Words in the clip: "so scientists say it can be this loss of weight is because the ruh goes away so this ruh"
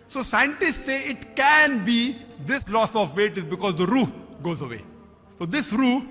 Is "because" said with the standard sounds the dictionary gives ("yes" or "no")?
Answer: yes